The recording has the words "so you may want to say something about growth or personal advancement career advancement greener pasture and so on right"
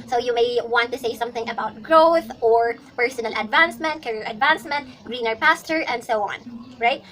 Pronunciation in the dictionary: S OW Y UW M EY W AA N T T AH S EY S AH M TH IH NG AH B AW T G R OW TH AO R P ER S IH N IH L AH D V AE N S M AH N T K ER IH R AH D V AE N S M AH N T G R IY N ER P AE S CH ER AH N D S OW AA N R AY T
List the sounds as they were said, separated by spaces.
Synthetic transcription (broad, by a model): S OW Y UW M EY W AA N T T AH S EY S AH M TH IH NG AH B AW T G R OW TH AO R P ER S IH N IH L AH D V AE N S M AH N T K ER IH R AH D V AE N S M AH N T G R IY N ER P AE S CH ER AH N D S OW AA N R AY T